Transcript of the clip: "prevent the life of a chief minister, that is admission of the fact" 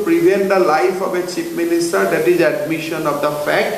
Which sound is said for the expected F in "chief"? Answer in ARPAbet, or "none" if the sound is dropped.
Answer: P